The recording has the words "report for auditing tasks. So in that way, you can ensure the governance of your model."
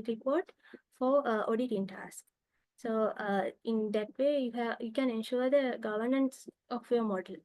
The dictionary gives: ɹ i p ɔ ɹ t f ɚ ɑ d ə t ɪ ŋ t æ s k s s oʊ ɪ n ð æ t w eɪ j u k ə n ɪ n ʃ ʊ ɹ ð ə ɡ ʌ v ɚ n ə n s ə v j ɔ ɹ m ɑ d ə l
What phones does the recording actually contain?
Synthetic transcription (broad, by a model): ɹ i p ɔ ɹ t f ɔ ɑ d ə t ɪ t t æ s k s s oʊ ɪ n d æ t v eɪ j u k ə n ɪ n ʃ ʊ ɹ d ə ɡ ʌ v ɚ n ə n s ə f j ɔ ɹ m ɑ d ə l